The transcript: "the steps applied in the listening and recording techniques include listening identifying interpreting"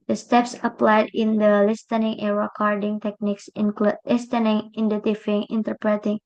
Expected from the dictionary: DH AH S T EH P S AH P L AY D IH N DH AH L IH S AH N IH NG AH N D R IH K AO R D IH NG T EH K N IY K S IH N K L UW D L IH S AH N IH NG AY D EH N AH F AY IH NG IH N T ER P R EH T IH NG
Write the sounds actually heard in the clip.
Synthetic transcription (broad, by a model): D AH S T EH P S AH P L AY D IH N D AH L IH S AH N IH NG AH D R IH K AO R D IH NG T EH K N IY K S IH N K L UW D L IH S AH N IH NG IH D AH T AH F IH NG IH N T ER P R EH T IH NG